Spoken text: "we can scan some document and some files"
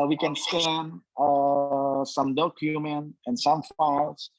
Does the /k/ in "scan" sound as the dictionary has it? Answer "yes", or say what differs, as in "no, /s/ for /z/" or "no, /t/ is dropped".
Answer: no, /k/ is dropped